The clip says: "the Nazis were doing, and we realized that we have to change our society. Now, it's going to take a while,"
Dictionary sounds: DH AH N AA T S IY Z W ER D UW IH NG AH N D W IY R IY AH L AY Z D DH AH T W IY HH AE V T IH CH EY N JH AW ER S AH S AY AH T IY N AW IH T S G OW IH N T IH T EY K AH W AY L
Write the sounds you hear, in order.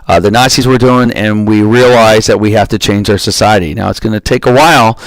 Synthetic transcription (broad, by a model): DH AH N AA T S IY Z W ER D UW IH NG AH N W IY R IY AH L AY Z DH AH T W IY HH AE F T IH CH EY N JH AW ER S AH S AY AH T IY N AW IH T S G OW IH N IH T EY K AH W AY L